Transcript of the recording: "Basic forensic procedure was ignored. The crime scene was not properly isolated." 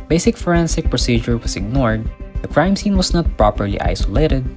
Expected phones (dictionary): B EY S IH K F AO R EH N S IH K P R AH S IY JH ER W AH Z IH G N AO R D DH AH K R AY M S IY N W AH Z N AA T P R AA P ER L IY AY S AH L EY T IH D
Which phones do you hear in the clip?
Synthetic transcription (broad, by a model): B EY S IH K F AO R EH N S IH K P R AH S IY JH ER W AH S IH G N AO R D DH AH K R AY M S IY N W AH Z N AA T P R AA P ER L IY AY S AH L EY T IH D